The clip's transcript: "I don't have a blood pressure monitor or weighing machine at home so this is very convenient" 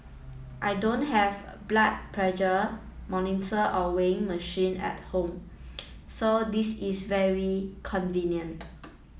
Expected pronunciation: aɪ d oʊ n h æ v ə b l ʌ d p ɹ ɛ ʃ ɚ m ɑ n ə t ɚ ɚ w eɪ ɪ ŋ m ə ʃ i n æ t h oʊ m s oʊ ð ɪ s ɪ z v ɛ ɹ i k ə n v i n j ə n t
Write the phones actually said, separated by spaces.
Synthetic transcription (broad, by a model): aɪ d oʊ n h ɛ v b l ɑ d p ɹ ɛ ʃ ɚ m ɑ n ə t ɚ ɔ w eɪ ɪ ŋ m ə ʃ i n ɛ t h oʊ m s oʊ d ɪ s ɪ s v ɛ ɹ i k ə n v i n j ə n t